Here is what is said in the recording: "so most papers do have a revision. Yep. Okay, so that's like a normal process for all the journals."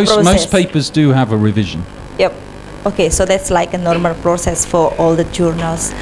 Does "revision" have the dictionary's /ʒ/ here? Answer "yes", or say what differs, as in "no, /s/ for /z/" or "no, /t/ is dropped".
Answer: yes